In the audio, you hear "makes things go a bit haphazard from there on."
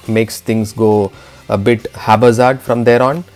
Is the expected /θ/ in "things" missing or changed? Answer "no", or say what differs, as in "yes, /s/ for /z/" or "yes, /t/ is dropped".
yes, /t/ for /θ/